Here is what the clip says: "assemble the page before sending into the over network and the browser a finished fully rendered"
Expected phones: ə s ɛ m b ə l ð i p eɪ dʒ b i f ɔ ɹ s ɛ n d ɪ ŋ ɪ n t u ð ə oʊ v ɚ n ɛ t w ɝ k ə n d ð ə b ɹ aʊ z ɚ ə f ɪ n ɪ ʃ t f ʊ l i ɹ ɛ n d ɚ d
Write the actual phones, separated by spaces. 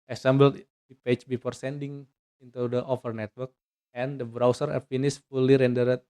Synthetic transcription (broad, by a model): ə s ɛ m b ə l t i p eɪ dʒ b i f ɔ ɹ s ɛ n d ɪ ŋ ɪ n t u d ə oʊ f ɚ n ɛ t w ɝ k ə n d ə b ɹ aʊ s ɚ ə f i n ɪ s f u l i ɹ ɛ n d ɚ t